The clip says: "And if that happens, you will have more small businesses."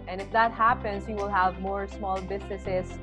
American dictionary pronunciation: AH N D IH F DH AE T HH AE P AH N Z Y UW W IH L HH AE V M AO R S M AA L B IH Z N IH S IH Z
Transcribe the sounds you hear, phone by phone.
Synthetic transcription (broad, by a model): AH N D IH F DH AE T HH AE P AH N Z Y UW W IH L HH AE V M AO R S M AA L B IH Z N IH S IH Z